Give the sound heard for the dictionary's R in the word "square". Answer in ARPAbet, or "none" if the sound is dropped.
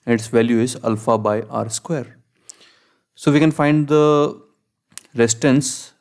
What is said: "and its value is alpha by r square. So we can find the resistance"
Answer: R